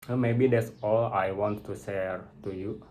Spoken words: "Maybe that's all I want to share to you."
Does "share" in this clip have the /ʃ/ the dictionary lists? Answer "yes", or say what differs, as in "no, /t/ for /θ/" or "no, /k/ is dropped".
no, /s/ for /ʃ/